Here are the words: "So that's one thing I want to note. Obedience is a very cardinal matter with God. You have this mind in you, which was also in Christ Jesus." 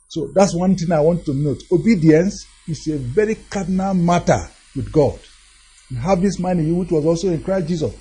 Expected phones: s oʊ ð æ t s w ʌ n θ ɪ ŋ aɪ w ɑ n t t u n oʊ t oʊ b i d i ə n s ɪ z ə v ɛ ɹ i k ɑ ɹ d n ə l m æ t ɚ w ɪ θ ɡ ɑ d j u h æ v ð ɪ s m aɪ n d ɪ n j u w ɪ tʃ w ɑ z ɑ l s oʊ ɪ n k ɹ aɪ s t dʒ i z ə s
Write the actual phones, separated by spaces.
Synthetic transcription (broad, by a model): s oʊ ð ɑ t s w ʌ n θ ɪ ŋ aɪ w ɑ n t t u n oʊ t oʊ b i d i ə n s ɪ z ə v ɛ ɹ i k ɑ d n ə l m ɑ t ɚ w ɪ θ ɡ ɑ d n h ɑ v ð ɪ s m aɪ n ɪ j u w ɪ tʃ w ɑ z ɑ l s oʊ ɪ n k ɹ aɪ s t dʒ i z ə s